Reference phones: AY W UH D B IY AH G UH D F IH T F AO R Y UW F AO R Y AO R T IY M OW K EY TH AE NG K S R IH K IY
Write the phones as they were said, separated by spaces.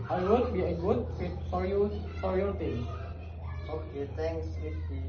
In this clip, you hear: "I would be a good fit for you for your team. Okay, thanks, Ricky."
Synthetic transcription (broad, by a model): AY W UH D B IY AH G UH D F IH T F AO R Y UW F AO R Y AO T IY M OW K EY T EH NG K S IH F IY